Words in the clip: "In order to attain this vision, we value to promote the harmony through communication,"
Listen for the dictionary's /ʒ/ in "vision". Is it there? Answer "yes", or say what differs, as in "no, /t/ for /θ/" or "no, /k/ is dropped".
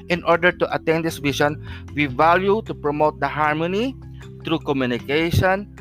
no, /ʃ/ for /ʒ/